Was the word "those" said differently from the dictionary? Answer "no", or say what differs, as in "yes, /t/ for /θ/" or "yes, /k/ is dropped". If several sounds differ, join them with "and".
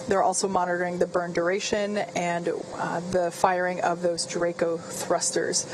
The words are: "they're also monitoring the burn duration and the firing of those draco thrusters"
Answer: no